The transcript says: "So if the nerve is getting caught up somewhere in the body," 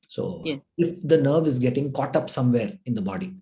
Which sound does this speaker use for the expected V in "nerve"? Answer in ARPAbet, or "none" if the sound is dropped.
V